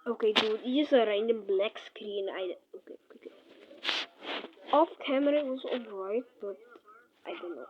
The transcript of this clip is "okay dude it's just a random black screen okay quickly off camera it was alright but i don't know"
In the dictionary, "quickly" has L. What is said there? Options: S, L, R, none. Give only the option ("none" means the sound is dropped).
none